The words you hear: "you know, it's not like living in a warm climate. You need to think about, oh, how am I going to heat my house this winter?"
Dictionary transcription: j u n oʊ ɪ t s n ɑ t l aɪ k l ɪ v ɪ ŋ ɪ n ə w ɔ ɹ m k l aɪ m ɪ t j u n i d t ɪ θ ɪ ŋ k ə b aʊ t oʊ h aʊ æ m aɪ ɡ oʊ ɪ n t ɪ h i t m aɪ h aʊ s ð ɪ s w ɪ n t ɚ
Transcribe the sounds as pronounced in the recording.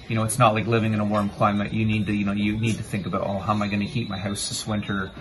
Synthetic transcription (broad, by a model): j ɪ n oʊ ɪ t s n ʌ t l aɪ k l ɪ v ɪ ŋ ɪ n ə w ɔ ɹ m k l aɪ m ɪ t j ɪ n i d t ɪ θ ɪ ŋ k ə b aʊ t oʊ h aʊ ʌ m aɪ ɡ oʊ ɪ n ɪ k i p m aɪ h aʊ s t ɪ s w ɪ n t ɚ